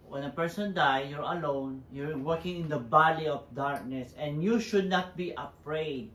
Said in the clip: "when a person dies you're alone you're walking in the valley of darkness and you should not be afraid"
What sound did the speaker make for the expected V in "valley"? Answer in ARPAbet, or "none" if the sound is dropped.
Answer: B